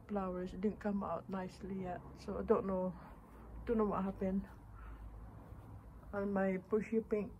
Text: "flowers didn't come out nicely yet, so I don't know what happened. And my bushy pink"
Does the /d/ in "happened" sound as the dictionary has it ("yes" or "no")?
no